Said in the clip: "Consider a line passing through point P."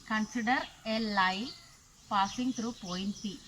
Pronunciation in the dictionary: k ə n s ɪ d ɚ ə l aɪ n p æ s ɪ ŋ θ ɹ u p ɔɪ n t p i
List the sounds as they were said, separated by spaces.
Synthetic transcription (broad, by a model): k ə n s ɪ d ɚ ə l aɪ l p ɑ s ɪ ŋ t ɹ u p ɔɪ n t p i